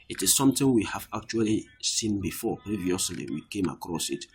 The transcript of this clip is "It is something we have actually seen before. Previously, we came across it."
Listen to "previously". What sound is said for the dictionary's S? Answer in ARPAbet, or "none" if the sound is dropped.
S